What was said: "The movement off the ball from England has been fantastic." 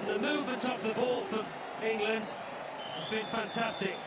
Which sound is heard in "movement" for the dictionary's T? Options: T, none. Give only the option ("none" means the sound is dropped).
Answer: T